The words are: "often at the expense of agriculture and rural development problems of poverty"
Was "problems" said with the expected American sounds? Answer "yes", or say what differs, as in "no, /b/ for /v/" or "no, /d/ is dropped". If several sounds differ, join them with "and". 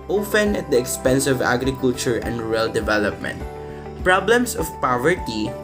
no, /s/ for /z/